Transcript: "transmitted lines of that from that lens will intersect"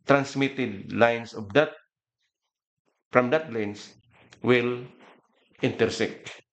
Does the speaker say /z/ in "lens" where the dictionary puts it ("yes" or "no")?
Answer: no